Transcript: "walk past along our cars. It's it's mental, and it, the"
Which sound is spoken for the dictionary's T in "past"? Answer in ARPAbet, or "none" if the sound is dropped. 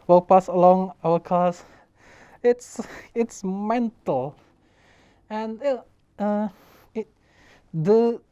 none